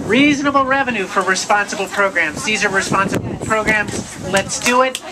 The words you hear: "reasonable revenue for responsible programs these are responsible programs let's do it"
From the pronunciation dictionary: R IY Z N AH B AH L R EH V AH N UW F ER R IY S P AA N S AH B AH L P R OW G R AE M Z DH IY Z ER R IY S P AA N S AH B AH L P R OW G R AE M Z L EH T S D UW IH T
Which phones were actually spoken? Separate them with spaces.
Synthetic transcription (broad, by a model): R IY Z N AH B L R EH V AH N UW F ER R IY S P AA N S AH B L P R OW G R AE M Z DH IY Z ER R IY S P AA N S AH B L P R OW G R AE M Z L EH T S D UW IH T